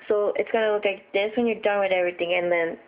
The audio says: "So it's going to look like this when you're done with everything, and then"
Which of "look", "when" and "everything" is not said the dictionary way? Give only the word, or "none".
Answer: everything